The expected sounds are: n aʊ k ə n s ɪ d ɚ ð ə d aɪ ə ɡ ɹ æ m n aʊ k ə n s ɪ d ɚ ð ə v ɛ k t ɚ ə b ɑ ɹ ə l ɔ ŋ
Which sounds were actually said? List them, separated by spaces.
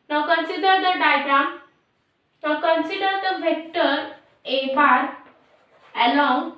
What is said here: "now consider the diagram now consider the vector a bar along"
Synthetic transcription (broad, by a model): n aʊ k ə n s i d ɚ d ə d aɪ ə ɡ ɹ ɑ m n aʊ k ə n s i d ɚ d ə b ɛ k t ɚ ə b ɑ ɹ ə l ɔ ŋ